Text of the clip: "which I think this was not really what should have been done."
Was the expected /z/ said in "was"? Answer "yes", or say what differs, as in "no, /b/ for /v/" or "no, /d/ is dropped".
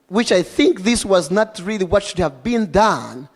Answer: yes